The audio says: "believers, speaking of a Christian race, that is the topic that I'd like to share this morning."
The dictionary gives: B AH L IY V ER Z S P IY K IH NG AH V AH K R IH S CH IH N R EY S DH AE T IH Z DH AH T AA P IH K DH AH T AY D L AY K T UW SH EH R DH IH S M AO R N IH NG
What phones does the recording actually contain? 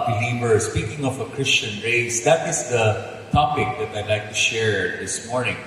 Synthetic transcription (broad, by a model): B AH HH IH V ER S P IY K IH NG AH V AH K R IH S CH IH N R EY S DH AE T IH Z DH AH T AA P IH K DH AH T AY D L AY K T UW SH EH R DH IH S M AO R N IH NG